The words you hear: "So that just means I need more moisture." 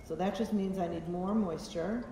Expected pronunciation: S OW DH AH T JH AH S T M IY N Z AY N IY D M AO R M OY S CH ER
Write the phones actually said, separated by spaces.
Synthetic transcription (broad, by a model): S OW DH AH T JH AH S T M IY N Z AY N IY D M AO R M OY S CH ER